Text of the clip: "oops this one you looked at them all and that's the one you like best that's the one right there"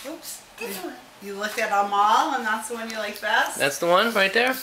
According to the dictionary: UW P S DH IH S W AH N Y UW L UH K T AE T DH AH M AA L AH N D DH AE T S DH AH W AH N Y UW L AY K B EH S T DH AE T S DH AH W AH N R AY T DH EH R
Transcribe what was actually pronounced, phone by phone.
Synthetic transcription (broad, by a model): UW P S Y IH L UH K IH T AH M AA L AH N DH AE T S DH AH W AH N Y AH L AY K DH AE T DH AE T S DH AH W AH N R AY T DH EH R